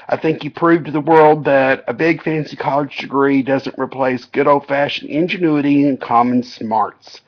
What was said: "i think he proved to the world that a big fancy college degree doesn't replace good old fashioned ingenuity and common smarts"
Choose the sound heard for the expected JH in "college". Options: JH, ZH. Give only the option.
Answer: JH